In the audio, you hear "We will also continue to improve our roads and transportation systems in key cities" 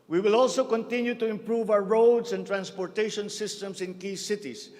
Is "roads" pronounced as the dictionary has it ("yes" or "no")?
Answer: no